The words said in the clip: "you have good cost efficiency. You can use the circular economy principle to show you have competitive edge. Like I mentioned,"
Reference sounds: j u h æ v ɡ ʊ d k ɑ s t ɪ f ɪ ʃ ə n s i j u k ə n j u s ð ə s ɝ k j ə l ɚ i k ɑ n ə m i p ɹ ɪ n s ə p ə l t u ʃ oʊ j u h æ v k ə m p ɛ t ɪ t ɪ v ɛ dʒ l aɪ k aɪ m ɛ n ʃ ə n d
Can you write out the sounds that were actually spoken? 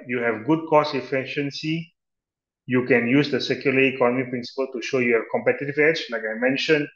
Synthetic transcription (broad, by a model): j u h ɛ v ɡ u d k ɑ s ɪ f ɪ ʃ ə n s i j u k ə n j u s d ə s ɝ k j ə l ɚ i k ɑ n ə m i p ɹ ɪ n s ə p ə l t u ʃ oʊ j u h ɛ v k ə m p ɛ t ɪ t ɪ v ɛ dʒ l aɪ k aɪ m ɛ n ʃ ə n